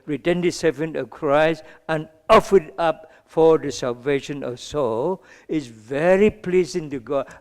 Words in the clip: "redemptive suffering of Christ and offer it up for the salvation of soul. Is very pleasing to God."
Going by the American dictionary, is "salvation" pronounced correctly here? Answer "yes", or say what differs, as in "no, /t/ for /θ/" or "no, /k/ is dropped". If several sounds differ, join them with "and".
yes